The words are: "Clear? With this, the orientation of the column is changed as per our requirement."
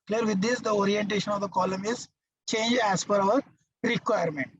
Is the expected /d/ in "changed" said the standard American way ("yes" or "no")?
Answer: no